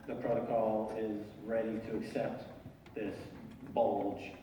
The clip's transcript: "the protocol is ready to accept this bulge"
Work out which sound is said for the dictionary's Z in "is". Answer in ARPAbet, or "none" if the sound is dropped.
Z